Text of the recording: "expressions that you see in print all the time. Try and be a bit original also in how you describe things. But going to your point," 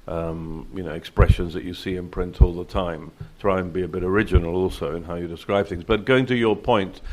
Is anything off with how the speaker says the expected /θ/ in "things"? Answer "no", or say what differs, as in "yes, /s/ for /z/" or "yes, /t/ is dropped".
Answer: no